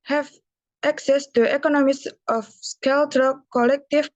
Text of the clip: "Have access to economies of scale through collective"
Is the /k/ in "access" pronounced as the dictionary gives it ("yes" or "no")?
yes